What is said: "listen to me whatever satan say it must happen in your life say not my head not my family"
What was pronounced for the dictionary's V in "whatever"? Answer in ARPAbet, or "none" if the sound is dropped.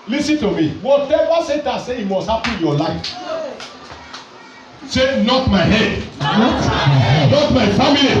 W